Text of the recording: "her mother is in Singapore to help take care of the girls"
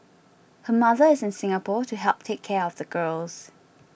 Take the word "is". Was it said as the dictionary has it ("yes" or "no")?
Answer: yes